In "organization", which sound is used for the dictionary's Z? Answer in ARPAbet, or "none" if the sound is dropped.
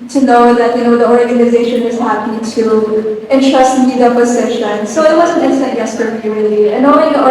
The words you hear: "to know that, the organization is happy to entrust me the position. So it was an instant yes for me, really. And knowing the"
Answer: Z